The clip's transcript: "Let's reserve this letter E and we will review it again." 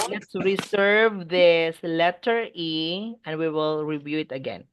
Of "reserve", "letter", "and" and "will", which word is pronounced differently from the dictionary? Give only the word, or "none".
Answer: reserve